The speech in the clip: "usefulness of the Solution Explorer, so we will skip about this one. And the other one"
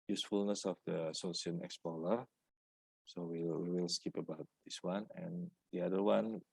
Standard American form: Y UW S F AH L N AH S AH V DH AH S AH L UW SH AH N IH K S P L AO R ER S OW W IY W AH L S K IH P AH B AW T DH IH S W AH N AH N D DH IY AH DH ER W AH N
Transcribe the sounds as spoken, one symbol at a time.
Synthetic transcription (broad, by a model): Y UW S F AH L N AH S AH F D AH S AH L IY AH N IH K S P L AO L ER S OW W IY W AH L S K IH P AH B AW T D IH S W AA N AH N D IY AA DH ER W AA N